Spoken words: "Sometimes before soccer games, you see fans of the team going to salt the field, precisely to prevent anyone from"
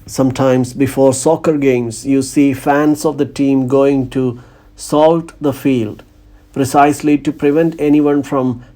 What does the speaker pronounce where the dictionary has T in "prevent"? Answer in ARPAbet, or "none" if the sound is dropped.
T